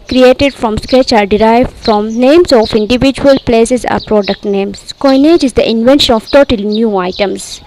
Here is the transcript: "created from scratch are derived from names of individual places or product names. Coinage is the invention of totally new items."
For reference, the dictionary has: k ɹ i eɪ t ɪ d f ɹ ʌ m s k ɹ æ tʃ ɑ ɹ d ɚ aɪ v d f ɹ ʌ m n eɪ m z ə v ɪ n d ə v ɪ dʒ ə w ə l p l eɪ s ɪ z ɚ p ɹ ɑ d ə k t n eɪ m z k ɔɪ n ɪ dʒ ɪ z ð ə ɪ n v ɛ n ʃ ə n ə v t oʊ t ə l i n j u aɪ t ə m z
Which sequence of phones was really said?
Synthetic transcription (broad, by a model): k ɹ i eɪ t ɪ d f ɹ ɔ m s k ɹ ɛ tʃ ɑ ɹ d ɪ aɪ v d f ɹ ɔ m n eɪ m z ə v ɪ n d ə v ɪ dʒ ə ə l p l eɪ s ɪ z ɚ p ɹ ɑ d ə k t n eɪ m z k ɔɪ n ɪ dʒ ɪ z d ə ɪ n v ɛ n ʃ ə n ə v t oʊ t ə l n j u aɪ t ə m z